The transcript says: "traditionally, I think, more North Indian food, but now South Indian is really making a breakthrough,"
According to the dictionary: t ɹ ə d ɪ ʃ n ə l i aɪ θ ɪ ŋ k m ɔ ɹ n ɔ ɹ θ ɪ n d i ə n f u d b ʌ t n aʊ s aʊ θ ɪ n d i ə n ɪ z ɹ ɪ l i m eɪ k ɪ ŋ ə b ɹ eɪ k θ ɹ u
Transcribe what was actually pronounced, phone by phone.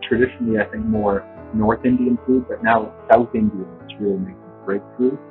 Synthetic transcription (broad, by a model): t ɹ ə d ɪ ʃ n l i aɪ θ ɪ ŋ k m ɔ ɹ n ɔ ɹ θ ɪ n d i ə n f u d b ʌ t n aʊ s aʊ θ ɪ n d i ə n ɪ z ɹ ɪ l i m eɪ ɪ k ə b ɹ eɪ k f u